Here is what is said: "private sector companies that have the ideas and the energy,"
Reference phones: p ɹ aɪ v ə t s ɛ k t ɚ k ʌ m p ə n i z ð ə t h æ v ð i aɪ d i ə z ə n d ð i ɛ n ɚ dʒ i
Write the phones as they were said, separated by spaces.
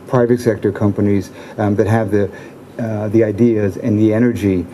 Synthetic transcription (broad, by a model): p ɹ aɪ v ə t s ɛ k t ɚ k ʌ m p ə n i z ð ə t h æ v ð i aɪ d i ə z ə n ð i ɛ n ɚ dʒ i